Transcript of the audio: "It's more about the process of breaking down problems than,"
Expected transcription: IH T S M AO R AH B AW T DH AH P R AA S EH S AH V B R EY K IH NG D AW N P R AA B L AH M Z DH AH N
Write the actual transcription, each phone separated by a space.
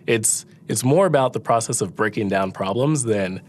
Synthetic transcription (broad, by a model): IH T S M AO R AH B AW T DH AH P R AA S EH S AH V B R EY K IH NG D AW N P R AA B L AH M Z DH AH N